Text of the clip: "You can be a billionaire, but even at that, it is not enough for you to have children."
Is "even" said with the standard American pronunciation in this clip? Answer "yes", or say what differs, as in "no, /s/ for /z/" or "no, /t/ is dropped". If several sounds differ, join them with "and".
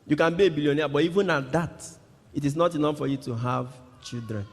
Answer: yes